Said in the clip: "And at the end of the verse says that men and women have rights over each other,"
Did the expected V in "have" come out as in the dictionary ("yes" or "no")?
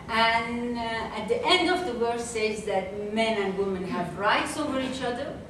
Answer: yes